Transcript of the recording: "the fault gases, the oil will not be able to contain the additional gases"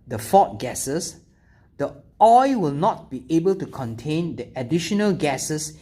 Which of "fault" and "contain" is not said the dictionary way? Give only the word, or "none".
fault